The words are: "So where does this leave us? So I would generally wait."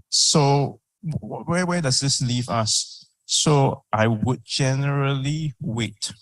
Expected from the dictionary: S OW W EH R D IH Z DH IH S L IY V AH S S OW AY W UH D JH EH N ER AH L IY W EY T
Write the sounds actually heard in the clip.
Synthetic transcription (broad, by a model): S OW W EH W D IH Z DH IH S L IY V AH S S OW AY W UH D JH EH N ER AH L IY W EY T